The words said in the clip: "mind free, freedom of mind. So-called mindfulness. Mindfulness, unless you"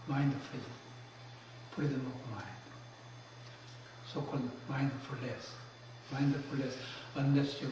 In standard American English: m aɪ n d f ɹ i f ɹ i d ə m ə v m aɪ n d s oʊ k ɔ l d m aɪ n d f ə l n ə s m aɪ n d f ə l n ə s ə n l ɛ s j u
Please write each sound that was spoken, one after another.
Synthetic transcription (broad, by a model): m aɪ n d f i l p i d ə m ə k m aɪ n d s oʊ k ɔ l d m aɪ n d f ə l ə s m aɪ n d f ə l ə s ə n ɛ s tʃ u